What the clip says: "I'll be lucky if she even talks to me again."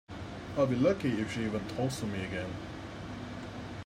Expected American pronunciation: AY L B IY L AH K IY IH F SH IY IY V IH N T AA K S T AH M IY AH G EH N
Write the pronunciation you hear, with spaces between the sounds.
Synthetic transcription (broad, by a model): AY L B IY L AH K IY IH F SH IY IY V IH N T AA S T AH M IY AH G EH N